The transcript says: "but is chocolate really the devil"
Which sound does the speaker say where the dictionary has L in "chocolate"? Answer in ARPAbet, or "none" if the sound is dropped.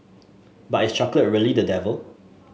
L